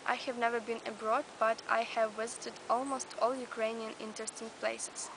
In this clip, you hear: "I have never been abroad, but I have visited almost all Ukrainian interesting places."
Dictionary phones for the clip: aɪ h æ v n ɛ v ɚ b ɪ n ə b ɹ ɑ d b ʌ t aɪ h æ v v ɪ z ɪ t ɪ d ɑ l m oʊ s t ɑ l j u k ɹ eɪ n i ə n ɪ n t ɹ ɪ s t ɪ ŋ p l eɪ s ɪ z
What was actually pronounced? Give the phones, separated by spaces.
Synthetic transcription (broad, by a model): aɪ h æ v n ɛ v ɚ b ɪ n ə b ɹ ɑ d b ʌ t aɪ h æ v v ɪ z ɪ t ɪ d ɑ l m oʊ s t ɑ l j u k ɹ eɪ n i ə n ɪ n t ɹ ɪ s t ɪ ŋ p l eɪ s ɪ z